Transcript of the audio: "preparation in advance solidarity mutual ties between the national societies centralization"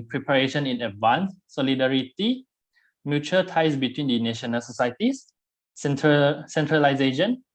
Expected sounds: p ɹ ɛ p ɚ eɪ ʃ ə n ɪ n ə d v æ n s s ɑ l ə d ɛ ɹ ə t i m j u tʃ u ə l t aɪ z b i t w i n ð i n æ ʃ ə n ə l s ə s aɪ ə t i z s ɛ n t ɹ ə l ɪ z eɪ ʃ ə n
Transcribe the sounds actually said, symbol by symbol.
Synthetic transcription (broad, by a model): p ɹ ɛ p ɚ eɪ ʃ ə n ɪ n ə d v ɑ n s s ɑ l ə d ɛ ɹ ə t i m j u tʃ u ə t aɪ s b i t w i n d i n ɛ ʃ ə n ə l s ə s aɪ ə s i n s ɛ n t ɹ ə l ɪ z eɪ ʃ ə n